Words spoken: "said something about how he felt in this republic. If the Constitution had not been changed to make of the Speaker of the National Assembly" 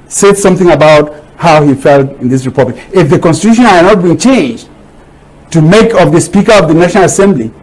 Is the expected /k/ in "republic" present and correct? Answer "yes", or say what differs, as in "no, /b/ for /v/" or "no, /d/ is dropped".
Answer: yes